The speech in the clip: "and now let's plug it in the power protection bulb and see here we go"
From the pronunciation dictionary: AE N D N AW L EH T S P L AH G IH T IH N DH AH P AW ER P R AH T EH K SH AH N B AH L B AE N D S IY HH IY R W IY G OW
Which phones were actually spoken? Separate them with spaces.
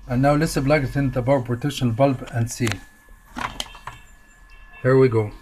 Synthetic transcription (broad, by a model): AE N N AW L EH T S B L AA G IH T IH N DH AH B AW P R AH T EH K SH AH N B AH L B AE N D S IY HH IY R W IY G OW